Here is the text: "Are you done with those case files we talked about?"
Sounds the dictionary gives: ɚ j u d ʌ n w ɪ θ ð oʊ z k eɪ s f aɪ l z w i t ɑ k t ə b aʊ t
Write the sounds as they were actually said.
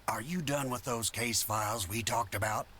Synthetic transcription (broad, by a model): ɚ j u d ʌ n w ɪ ð oʊ z k eɪ s f aɪ l z w i t ɑ k t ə b aʊ t